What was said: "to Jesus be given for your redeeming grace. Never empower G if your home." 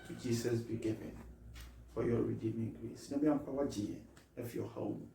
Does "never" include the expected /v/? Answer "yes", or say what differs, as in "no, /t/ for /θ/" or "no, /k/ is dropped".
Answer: no, /b/ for /v/